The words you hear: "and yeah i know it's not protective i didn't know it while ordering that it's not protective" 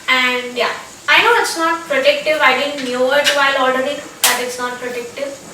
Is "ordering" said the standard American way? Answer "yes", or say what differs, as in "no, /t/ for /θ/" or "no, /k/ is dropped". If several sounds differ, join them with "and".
no, /l/ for /ɹ/